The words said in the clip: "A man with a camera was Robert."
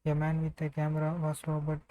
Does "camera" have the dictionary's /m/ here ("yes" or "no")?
yes